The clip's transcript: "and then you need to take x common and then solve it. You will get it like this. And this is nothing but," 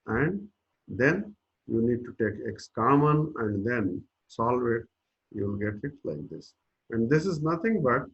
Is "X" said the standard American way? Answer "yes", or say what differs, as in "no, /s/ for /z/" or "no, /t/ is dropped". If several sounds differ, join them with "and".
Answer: yes